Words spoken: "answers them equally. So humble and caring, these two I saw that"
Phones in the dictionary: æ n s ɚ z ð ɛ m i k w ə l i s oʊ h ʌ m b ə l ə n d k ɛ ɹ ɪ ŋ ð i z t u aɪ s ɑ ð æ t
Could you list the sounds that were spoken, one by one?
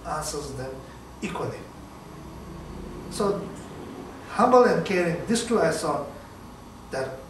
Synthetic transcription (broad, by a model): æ n s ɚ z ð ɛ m i k w ə l i s oʊ h ʌ m b ə l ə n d k ɛ ɹ ɪ ŋ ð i s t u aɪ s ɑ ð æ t